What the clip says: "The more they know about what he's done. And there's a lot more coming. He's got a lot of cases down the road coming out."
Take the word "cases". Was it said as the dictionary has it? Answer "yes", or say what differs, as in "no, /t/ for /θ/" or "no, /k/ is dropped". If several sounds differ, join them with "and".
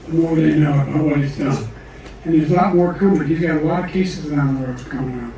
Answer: yes